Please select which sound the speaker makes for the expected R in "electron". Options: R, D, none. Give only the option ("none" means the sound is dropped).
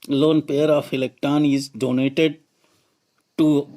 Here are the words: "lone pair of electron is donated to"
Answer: none